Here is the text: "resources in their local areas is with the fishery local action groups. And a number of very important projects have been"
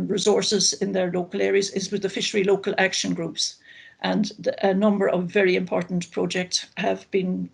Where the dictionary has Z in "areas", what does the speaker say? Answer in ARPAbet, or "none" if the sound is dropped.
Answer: Z